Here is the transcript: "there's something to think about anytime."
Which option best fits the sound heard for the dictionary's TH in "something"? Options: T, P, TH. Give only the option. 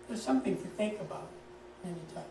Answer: TH